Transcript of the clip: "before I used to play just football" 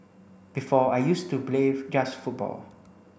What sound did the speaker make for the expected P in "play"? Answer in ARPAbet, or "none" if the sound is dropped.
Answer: B